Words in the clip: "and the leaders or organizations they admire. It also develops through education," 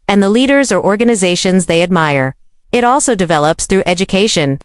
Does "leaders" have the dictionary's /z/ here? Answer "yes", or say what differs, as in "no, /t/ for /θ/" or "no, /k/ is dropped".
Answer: yes